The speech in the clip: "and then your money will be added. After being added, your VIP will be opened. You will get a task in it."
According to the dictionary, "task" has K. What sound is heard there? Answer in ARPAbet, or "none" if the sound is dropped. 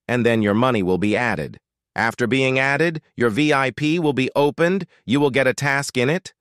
K